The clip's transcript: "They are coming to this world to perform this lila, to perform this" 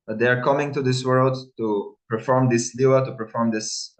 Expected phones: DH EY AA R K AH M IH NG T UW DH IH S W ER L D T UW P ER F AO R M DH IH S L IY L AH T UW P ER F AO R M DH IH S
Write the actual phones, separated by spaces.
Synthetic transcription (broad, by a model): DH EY AA R K AH M IH NG T UW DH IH S W ER L D T UW P ER F AO R M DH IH S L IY AH T UW P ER F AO R M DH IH S